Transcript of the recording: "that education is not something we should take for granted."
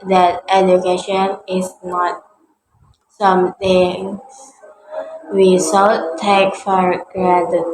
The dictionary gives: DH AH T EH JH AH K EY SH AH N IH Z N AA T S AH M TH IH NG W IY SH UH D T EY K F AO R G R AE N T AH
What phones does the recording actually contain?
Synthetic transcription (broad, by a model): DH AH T EH JH AH K EY SH AH N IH S N AA T S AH M T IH NG W IY S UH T T EY K F AO R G R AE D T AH